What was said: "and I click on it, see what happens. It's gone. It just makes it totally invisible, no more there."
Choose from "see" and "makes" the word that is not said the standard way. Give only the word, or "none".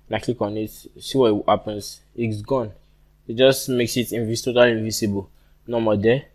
none